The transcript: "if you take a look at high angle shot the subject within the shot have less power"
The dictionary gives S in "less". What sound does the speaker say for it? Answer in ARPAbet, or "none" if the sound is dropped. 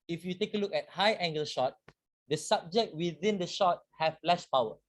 SH